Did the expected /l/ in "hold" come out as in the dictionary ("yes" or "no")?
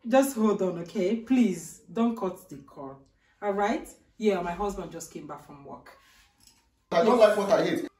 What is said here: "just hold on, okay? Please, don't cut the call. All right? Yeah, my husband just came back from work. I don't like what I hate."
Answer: yes